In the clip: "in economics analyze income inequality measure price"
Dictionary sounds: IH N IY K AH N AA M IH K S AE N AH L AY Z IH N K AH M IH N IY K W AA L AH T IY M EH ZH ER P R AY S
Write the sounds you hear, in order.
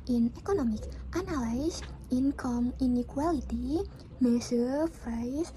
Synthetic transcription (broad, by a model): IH N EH K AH N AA M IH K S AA N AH L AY S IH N K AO M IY N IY K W AA L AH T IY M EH S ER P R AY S